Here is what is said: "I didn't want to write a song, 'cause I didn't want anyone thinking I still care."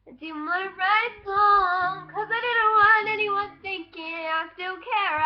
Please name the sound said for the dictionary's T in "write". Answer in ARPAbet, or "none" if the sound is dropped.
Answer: none